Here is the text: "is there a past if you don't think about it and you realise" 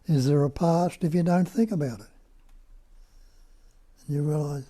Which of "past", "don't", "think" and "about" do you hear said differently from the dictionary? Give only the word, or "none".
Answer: none